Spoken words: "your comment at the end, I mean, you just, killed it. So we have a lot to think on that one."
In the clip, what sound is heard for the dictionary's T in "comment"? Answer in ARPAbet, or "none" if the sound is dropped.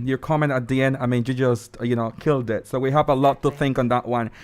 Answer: none